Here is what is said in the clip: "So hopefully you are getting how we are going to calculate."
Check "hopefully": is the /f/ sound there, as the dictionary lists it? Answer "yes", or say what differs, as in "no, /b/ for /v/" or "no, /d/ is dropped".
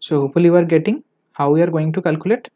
no, /f/ is dropped